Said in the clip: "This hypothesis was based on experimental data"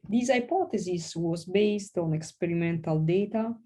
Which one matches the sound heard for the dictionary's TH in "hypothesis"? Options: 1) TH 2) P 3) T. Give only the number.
3